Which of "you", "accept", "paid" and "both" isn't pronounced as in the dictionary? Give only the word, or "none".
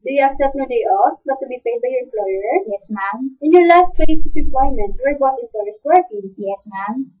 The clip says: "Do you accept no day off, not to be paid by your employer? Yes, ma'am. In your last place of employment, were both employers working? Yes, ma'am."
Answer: both